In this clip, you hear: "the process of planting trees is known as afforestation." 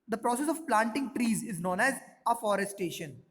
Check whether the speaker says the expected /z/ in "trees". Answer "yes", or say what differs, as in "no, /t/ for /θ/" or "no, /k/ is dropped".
yes